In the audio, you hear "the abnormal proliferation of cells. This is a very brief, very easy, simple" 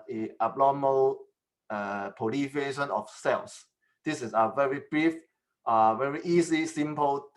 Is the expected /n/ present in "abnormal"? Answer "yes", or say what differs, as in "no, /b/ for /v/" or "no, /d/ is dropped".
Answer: no, /l/ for /n/